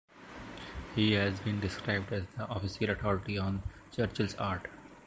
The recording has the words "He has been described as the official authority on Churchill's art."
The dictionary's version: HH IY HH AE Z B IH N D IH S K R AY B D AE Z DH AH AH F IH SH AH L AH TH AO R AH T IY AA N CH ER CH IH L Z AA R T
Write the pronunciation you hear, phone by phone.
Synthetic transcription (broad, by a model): HH IY HH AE Z B IH N D IH S K R AY B D AE Z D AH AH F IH S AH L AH T AO R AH T IY AA N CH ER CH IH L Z AA R T